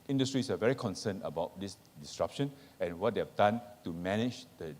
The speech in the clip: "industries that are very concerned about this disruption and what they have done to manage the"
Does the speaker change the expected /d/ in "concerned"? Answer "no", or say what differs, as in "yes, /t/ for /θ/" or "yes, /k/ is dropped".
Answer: yes, /d/ is dropped